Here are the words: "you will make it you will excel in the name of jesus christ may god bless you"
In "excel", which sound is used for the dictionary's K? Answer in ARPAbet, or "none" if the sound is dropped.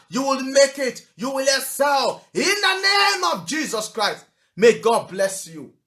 none